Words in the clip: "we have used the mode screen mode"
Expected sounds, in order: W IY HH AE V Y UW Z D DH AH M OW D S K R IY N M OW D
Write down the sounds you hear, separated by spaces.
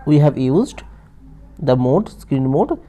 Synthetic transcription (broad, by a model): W IY HH AE V Y UW Z D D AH M OW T S K R IY N M OW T